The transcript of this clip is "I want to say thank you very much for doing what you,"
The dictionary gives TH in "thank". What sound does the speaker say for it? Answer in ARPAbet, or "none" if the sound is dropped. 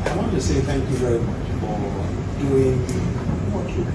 TH